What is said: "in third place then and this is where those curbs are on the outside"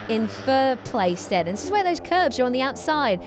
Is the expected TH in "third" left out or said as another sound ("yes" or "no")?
yes